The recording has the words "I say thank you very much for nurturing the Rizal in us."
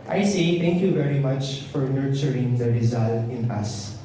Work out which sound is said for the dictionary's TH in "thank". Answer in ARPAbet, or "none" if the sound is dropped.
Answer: T